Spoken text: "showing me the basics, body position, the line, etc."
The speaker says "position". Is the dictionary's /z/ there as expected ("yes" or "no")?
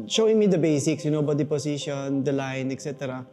no